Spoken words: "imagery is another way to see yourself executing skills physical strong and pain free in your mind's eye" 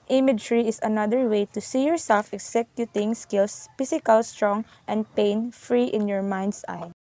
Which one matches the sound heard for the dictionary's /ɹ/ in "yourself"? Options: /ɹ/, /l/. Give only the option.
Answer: /ɹ/